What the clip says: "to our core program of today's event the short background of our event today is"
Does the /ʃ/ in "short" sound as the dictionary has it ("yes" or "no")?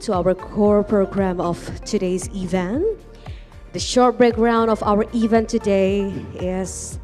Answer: yes